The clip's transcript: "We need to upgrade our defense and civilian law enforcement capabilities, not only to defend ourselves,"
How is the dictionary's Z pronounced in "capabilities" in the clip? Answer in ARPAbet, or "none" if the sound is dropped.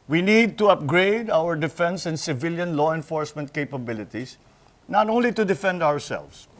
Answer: S